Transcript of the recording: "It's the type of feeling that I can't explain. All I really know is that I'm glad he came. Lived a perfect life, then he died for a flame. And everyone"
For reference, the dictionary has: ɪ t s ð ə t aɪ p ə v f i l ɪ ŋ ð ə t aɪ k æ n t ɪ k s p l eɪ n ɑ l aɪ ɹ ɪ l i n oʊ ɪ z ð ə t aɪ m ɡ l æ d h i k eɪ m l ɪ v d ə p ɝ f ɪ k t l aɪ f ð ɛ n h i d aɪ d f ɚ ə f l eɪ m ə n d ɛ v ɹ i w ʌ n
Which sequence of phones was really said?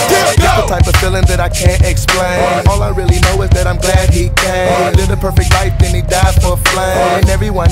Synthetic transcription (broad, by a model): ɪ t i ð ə t aɪ p ə v f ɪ l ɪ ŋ ð ə t aɪ k æ n t ɪ k s p l eɪ n ɑ l aɪ ɹ ɪ l i n oʊ ɪ z ð ə t aɪ m ɡ l æ d h i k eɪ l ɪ d ə p ɝ f ɪ k t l aɪ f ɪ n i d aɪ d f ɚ ə f l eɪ ə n ɛ v ɹ i w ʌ n